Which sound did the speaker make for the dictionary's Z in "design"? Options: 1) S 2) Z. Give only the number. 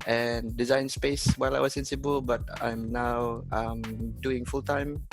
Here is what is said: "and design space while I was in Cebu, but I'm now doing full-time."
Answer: 2